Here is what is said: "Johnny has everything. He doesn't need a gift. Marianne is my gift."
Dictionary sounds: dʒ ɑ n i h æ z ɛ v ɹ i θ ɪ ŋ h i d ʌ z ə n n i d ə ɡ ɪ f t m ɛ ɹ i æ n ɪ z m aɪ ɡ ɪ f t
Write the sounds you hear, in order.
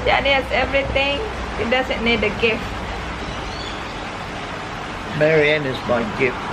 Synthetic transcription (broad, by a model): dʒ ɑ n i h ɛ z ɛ v ɹ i t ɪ ŋ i d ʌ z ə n n i d ə ɡ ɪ f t m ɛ ɹ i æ n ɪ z m aɪ ɡ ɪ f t